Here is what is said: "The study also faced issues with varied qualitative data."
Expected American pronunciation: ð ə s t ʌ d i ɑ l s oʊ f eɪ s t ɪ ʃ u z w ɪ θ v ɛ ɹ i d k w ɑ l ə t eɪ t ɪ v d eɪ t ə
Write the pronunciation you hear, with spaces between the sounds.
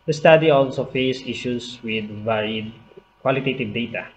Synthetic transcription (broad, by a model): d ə s t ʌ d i ɑ l s oʊ f eɪ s ɪ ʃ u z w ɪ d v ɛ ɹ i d k w ɑ l ə t eɪ t ɪ v d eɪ t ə